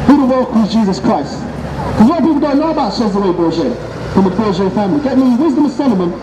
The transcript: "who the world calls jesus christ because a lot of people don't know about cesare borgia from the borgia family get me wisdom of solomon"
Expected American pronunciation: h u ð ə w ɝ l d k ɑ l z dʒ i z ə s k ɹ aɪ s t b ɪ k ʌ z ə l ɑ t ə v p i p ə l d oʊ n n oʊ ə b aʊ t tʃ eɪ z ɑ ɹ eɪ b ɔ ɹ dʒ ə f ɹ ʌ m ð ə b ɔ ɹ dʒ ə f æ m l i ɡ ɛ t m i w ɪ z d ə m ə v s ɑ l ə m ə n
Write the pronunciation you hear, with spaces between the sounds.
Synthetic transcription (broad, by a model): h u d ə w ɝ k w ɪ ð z dʒ i z ə s k ɹ aɪ s t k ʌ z ə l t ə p i p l d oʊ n n oʊ ə b aʊ t ʃ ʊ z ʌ w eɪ b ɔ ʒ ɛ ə f ɹ ʌ m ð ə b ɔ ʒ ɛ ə f æ m l i ɡ ɛ t m i w ɪ z d ə m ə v s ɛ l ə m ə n